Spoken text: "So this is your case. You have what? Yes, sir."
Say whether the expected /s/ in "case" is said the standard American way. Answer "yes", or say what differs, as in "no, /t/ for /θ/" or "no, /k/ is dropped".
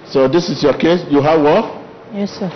yes